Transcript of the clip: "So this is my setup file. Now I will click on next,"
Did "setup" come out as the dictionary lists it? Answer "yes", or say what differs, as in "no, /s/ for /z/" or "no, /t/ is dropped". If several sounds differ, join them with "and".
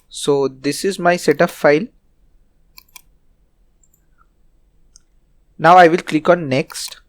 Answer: no, /f/ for /p/